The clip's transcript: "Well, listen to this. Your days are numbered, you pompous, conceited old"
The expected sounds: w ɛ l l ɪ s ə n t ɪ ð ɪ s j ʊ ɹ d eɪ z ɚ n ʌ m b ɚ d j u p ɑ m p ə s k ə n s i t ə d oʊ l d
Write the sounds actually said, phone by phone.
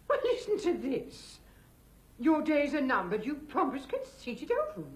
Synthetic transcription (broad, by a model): w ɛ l l ɪ s n t ɪ ð ɪ s j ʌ ɹ d eɪ z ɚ n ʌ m b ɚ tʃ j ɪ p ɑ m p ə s k ə n s i t ə d oʊ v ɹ